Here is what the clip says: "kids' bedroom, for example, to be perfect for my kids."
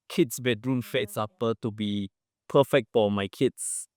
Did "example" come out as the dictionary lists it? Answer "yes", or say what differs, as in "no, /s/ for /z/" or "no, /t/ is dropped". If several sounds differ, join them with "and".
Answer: no, /m/ is dropped